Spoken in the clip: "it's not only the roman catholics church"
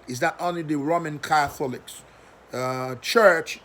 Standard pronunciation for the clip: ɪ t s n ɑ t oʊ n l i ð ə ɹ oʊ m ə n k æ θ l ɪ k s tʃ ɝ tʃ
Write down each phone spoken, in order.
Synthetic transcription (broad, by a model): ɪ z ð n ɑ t oʊ n l i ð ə ɹ oʊ m ə n k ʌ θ l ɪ k s tʃ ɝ tʃ